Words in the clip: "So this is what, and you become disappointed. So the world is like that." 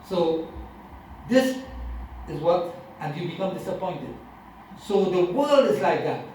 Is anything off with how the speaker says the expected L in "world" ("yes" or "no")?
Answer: no